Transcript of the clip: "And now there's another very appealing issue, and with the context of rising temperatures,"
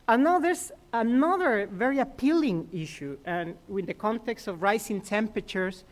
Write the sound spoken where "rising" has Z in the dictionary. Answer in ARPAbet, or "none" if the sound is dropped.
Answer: S